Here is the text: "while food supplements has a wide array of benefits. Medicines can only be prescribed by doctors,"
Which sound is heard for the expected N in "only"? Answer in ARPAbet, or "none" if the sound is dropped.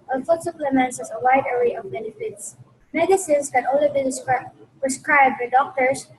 none